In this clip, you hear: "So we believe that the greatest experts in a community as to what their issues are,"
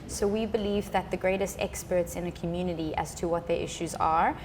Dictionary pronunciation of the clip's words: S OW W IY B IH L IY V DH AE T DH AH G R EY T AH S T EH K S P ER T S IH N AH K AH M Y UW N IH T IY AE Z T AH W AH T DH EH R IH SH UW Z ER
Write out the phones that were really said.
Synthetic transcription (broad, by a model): S OW W IY B IH L IY V DH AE T DH AH G R EY T AH S T EH K S P ER T S IH N AH K AH M Y UW N IH T IY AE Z T AH W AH T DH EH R IH SH UW Z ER